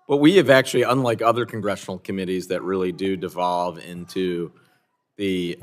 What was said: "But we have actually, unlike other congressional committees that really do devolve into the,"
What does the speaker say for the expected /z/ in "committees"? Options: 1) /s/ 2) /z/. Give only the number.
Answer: 2